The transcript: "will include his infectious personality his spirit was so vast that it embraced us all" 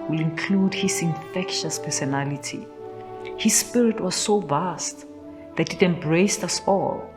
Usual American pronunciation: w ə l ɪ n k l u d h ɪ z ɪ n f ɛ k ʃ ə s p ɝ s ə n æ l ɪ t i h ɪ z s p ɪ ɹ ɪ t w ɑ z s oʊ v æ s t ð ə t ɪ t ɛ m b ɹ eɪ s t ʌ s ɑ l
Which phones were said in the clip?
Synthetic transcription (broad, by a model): w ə l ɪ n k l u d h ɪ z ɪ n f ɛ k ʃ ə s p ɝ s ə n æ l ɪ t i h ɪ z s p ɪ ɹ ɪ t w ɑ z s oʊ v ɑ s t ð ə t ɪ t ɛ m b ɹ eɪ s ʌ s ɑ l